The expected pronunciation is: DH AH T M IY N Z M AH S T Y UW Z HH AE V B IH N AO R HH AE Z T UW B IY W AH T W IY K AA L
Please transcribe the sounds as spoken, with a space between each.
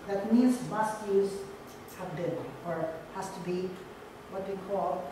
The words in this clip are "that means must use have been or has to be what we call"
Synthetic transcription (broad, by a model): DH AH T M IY Z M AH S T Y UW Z HH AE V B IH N AO R HH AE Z T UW B IY W AH T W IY K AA L